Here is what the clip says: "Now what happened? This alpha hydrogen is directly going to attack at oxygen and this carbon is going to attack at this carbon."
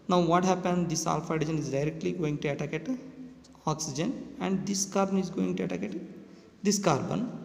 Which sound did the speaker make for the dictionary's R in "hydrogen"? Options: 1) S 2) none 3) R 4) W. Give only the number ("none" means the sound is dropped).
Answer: 2